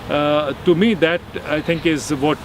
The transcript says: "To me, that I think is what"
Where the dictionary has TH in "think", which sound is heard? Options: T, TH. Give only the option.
T